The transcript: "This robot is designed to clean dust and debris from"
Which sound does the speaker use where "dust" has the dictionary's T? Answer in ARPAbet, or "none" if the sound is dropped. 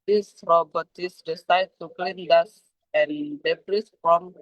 none